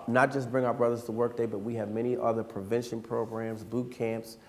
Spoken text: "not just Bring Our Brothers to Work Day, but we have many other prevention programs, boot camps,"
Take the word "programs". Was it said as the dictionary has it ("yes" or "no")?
yes